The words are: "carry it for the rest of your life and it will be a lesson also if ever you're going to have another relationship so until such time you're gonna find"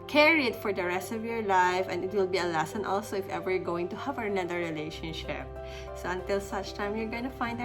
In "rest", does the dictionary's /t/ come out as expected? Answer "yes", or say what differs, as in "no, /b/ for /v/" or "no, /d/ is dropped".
yes